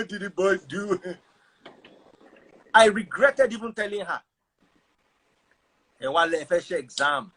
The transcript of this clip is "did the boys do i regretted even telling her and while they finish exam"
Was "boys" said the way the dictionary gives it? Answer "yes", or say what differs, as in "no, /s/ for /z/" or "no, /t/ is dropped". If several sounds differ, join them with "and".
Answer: no, /z/ is dropped